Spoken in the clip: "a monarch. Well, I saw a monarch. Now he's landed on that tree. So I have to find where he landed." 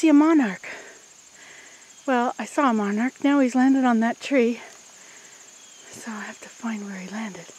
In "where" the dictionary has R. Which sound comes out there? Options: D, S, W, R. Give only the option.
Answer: R